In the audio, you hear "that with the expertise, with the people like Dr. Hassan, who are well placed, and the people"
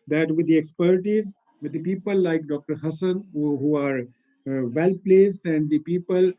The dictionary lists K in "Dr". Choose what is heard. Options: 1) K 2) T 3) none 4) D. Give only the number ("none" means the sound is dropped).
1